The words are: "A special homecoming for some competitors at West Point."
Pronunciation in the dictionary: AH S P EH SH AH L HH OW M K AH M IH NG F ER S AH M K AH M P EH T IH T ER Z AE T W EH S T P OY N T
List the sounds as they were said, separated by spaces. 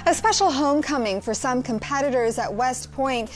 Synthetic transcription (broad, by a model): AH S P EH SH L HH OW M K AH M IH NG F ER S AH M K AH M P EH T IH T ER Z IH T W EH S T P OY N T